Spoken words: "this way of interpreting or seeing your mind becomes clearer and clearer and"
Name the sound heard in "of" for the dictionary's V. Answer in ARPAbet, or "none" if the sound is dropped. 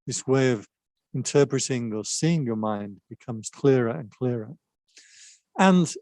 V